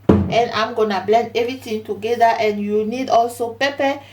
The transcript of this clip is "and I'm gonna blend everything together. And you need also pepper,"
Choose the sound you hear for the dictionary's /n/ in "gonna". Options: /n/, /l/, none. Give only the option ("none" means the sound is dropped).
/n/